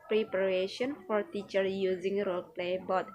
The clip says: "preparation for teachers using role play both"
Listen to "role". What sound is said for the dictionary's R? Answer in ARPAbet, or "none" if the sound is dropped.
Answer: R